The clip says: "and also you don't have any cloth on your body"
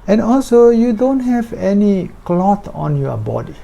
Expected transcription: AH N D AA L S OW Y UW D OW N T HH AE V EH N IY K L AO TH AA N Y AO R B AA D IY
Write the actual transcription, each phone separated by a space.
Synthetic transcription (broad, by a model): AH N AA L S OW Y UW D OW N T HH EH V EH N IY K L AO T AA N Y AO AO B AA D IY